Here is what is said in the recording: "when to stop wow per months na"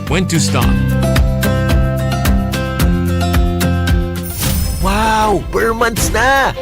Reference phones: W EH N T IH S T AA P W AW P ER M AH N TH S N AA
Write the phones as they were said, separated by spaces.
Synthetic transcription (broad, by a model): W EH N T IH S T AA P W AW B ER M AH N T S N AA